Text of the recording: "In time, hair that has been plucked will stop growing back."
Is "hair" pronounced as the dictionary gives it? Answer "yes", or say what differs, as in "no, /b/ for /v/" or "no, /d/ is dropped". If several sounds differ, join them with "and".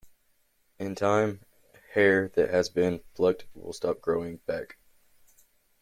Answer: yes